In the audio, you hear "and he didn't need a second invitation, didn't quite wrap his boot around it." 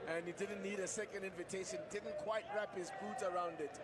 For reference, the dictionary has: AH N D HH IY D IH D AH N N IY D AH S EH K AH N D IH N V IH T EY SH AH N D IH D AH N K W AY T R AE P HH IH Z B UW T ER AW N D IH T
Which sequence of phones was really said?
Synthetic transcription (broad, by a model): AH N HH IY D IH D N N IY D AH S EH K AH N D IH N V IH T EY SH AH N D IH D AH N K W AY T R AE P HH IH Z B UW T ER AW N D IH T